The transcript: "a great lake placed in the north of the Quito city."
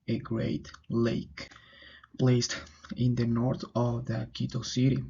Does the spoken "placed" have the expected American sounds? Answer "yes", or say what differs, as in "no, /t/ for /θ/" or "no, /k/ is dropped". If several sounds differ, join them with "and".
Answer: yes